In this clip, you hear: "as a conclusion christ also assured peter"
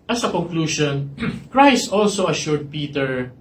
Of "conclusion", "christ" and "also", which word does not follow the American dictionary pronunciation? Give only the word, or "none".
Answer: conclusion